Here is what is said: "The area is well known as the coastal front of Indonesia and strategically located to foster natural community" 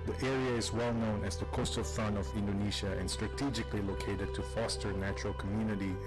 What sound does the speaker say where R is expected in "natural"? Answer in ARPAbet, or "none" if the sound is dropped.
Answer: R